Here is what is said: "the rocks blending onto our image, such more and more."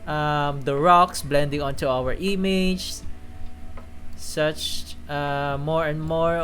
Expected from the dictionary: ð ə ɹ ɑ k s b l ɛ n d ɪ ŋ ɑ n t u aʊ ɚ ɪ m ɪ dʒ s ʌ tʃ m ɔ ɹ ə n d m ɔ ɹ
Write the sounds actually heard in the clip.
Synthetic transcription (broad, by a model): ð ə ɹ ɑ k s b l ɛ n d ɪ ŋ ɑ n t u aʊ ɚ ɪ m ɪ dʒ s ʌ tʃ m ɔ ɹ ə n d m ɔ ɹ